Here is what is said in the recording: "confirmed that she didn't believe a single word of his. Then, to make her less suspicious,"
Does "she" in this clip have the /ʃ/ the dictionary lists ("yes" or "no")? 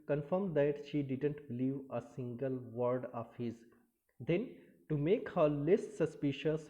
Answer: yes